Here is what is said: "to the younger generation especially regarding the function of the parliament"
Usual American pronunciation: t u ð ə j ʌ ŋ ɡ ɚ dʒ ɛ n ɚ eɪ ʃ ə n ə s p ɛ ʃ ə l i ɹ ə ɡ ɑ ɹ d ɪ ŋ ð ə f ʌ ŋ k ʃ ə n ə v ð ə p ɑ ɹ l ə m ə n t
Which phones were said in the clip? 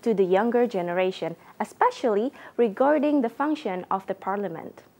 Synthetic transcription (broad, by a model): t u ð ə j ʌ ŋ ɡ ɚ dʒ ɛ n ɚ eɪ ʃ ə n ə s p ɛ ʃ ə l i ɹ ə ɡ ɑ ɹ d ɪ ŋ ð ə f ʌ ŋ k ʃ ə n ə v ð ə p ɑ ɹ l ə m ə n t